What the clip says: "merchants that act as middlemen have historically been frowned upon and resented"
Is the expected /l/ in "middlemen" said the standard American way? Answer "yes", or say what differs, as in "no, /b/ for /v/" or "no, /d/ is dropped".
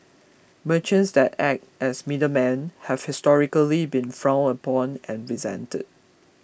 no, /l/ is dropped